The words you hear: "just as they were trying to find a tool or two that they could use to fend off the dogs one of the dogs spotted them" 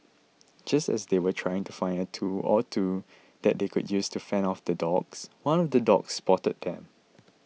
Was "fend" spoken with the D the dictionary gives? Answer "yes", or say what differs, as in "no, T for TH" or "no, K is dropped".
no, D is dropped